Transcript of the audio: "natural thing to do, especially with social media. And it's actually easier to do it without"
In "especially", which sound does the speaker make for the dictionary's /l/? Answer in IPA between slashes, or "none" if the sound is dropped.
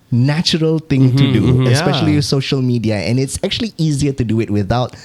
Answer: none